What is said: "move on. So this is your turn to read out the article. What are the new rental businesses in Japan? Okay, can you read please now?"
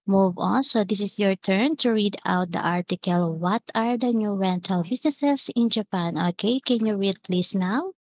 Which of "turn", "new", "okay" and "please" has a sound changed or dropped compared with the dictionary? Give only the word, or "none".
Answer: please